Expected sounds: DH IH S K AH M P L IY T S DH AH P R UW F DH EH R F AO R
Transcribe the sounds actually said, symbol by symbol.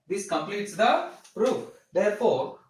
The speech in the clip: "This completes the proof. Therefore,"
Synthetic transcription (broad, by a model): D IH S K AH M P L IY T S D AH P R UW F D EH R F AO R